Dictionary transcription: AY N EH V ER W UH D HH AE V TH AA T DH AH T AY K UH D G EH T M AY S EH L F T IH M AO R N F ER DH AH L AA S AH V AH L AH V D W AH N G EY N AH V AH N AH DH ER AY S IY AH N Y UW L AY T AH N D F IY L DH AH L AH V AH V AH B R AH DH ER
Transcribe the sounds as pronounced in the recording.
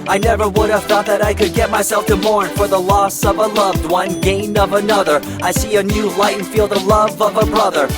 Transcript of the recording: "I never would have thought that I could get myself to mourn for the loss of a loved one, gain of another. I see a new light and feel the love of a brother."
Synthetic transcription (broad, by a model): AY N EH V ER W UH D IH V TH AA T DH AH T AY K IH D G EH T M AY S EH L F T IH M AO R N F ER DH AH L AA S AH V AH L AH V D W AH N G EY N AH V AH N AH DH ER AY S IY AH N Y UW L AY AH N F IY L DH AH L AH V AH V AH B R AH DH ER